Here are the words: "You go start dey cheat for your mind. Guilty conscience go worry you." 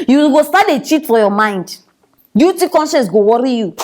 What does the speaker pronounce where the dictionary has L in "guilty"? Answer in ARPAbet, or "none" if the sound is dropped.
none